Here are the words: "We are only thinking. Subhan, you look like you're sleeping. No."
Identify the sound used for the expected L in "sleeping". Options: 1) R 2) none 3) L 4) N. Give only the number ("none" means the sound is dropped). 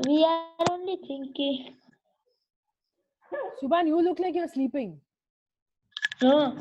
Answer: 3